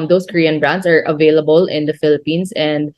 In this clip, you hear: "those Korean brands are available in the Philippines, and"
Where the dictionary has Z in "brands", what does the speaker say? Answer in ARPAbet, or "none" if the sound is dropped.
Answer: S